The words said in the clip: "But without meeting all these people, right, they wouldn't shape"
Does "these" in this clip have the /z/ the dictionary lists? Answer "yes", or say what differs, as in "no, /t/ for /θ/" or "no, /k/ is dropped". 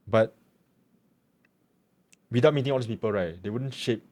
no, /s/ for /z/